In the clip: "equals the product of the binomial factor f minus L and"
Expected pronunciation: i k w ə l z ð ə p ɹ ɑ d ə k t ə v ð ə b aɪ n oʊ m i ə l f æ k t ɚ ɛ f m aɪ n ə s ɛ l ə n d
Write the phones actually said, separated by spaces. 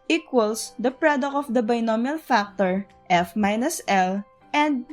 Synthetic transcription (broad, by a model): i k w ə l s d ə p ɹ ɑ d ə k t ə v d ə b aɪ n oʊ m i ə l f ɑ k t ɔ ɛ f m aɪ n ə s ɛ l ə n d